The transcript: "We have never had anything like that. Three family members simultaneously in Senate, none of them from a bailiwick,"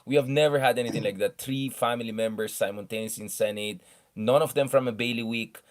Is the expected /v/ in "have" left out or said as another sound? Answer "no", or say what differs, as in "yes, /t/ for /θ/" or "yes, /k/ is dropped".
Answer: no